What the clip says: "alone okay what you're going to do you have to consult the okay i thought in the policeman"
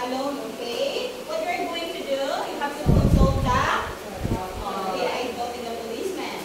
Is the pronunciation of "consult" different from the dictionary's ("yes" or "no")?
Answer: yes